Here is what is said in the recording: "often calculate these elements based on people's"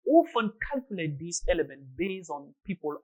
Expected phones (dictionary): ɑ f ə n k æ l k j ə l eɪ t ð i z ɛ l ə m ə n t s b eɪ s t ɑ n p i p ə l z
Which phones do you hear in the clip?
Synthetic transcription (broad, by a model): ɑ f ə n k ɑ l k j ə l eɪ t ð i s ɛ l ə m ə n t b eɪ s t ɑ n p i p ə l